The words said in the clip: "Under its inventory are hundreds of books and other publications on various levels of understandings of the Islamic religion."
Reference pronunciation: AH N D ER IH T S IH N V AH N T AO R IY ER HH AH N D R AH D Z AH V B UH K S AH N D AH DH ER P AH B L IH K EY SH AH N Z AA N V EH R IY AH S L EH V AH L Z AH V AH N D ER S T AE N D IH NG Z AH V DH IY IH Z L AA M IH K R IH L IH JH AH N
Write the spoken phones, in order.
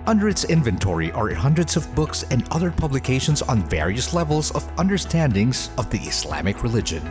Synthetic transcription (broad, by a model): AH N D ER IH T S IH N V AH N T AO R IY ER HH AH N D R AH D Z AH V B UH K S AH N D AH DH ER P AH B L IH K EY SH AH N Z N V EH R IY AH S L EH V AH L Z AH V AH N D ER S T AE N D IH NG Z AH V DH IY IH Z L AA M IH K R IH L IH JH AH N